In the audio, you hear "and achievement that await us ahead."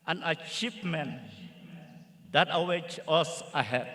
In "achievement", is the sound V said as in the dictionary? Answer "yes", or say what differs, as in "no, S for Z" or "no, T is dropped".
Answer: no, P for V